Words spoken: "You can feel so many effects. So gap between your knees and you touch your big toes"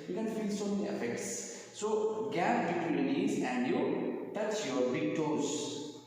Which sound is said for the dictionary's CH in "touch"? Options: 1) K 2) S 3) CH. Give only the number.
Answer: 2